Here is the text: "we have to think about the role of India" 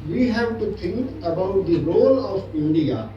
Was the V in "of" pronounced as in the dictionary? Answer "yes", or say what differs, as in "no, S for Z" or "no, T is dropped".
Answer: no, P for V